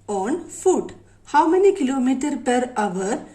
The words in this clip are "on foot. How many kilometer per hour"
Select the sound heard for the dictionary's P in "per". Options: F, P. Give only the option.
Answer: P